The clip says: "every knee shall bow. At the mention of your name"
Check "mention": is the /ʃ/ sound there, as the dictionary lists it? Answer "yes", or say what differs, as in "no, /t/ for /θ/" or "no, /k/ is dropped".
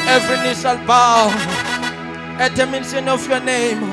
no, /s/ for /ʃ/